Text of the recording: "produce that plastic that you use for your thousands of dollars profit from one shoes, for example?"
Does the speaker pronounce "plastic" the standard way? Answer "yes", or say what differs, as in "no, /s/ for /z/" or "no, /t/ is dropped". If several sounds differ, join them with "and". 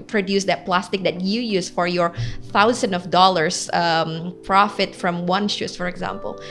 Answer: yes